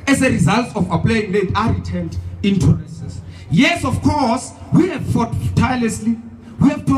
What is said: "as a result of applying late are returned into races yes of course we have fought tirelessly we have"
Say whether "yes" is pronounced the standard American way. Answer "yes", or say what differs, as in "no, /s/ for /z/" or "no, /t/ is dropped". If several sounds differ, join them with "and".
yes